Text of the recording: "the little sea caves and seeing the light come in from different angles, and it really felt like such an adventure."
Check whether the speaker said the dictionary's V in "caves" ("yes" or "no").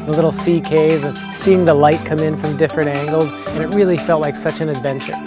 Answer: no